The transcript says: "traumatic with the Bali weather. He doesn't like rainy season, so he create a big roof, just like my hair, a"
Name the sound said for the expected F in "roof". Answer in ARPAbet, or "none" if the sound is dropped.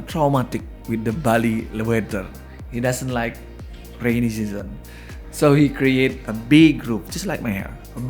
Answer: P